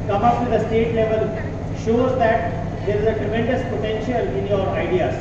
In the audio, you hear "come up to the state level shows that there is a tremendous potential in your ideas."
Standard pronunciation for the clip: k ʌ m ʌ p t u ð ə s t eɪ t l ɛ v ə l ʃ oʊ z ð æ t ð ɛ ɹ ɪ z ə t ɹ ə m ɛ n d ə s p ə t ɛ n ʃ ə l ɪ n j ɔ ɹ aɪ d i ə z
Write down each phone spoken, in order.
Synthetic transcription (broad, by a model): k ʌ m ʌ p t u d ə s t eɪ t l ɛ v ə l ʃ oʊ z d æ t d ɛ ɹ ɪ z ə t ɹ ə m ɛ n d ə s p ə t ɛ n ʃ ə l ɪ n j ɔ ɹ aɪ d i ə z